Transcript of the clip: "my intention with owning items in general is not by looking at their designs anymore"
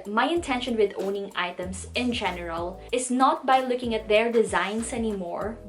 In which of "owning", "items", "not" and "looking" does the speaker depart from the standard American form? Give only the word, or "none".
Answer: items